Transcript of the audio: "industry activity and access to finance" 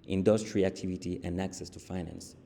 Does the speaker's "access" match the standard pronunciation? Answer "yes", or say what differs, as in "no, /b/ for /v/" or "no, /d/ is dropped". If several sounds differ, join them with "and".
yes